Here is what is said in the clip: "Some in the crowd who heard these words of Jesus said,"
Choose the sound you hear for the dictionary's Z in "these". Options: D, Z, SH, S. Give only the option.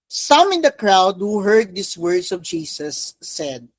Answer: S